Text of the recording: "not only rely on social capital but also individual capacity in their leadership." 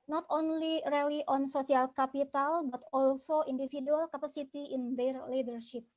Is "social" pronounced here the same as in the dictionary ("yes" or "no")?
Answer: no